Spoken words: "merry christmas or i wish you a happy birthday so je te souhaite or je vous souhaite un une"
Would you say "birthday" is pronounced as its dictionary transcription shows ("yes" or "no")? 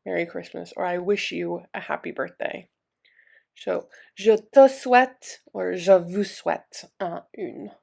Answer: yes